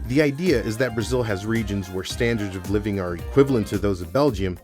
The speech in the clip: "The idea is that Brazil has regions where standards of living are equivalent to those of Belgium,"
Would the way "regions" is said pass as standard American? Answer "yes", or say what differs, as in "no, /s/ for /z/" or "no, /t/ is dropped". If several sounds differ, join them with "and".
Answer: yes